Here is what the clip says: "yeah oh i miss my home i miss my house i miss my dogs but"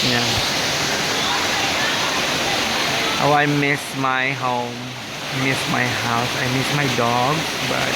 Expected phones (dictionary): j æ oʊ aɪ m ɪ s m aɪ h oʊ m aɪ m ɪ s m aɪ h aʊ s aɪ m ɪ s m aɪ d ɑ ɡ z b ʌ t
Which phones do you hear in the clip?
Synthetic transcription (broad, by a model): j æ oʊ aɪ m ɪ s m aɪ h oʊ m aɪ m ɪ s m aɪ h aʊ s aɪ m ɪ s m aɪ d ɑ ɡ b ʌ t